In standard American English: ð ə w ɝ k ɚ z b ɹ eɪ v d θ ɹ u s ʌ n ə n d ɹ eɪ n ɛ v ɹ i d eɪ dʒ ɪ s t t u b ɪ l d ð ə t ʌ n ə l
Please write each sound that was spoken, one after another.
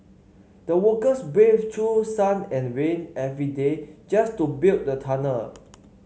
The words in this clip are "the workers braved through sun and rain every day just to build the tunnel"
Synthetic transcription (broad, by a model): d ə w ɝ k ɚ s b eɪ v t ɹ u s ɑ n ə n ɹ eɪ n ɛ v ɹ i d eɪ dʒ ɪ s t t u b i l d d ə t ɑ n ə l